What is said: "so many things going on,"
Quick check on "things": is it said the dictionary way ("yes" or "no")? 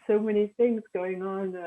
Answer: yes